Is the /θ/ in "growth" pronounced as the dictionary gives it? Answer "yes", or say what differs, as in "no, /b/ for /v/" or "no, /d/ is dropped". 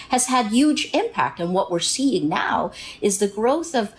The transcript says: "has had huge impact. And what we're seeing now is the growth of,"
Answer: yes